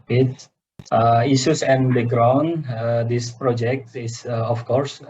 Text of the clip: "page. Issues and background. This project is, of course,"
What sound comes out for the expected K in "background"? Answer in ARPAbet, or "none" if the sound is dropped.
none